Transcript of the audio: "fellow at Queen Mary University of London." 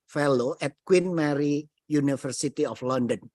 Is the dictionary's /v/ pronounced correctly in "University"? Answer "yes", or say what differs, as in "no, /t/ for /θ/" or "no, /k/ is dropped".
no, /f/ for /v/